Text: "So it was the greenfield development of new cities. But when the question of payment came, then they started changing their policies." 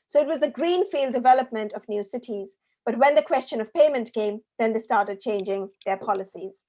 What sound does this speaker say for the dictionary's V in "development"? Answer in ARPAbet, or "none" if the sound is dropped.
V